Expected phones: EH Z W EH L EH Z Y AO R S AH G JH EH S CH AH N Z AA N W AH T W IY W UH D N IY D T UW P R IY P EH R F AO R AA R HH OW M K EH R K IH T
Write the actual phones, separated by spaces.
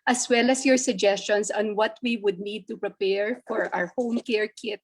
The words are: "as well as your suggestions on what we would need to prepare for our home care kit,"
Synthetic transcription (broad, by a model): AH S W EH L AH S Y AO R S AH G JH EH S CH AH N S AA N W AH T W IY W UH D N IY D T UW P R IY P EH R F AO R AA R HH OW M K EH R K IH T